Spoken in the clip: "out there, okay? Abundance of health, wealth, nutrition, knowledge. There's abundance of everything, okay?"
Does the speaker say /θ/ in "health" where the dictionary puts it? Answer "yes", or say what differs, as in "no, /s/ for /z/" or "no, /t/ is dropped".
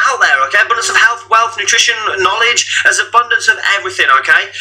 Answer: yes